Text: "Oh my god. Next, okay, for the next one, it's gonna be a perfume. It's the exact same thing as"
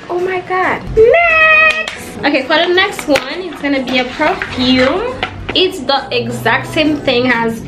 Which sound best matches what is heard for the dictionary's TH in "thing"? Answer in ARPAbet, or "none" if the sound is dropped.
TH